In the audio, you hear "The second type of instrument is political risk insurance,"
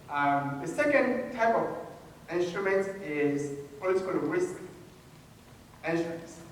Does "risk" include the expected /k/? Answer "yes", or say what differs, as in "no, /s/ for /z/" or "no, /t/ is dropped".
yes